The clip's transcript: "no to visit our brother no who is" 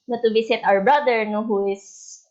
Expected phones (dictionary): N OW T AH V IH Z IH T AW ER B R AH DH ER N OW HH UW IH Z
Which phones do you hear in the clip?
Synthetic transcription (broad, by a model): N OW T AH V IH S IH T AW ER B R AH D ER N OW HH UW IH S